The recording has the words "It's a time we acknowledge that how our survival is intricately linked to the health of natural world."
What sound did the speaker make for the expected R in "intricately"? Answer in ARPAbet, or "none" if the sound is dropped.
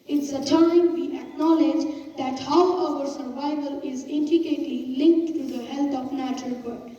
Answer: none